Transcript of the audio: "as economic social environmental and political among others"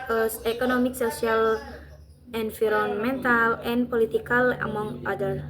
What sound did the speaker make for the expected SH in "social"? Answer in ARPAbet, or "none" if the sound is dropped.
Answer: S